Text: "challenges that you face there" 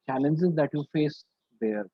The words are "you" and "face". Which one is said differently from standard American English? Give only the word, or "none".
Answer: none